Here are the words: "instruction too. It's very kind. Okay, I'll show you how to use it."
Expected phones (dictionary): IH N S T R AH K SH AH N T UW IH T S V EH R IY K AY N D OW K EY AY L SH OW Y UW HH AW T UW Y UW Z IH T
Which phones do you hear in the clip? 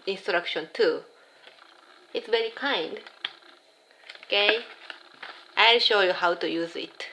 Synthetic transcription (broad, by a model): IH N S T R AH K SH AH N T UW IH T S V EH R IY K AY N D OW K EY AY L SH OW Y UW HH AW T UW Y UW Z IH T